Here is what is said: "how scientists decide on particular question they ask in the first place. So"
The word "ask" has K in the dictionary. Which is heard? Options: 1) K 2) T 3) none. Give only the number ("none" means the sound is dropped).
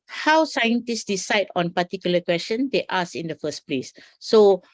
3